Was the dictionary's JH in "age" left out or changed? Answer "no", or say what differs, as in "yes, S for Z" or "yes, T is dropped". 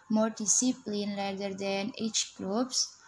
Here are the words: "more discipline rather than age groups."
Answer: yes, CH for JH